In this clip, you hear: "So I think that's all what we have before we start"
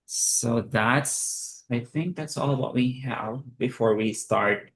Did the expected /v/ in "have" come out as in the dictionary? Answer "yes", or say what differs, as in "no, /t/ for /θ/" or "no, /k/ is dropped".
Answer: yes